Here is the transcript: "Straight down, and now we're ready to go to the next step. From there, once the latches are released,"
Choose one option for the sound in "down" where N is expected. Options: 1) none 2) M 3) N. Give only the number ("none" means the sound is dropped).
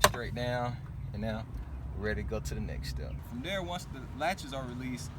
1